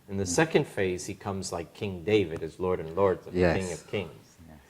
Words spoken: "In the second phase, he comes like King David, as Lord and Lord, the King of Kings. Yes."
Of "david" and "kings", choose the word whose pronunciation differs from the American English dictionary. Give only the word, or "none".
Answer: none